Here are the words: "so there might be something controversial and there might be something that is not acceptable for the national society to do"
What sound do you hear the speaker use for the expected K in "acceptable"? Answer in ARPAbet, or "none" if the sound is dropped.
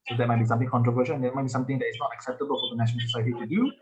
K